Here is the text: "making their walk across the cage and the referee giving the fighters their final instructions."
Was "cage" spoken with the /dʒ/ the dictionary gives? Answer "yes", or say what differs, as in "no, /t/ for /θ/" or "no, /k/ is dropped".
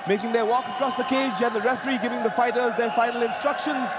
yes